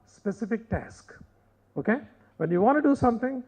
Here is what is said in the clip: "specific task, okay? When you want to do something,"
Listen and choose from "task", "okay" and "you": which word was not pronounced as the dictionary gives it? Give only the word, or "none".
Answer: none